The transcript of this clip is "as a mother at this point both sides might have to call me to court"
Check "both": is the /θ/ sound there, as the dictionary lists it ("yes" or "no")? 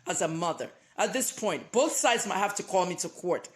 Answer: yes